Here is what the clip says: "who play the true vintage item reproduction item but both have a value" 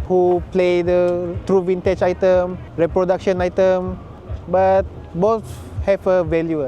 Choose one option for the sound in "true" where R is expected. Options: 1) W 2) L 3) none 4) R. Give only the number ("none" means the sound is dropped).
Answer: 4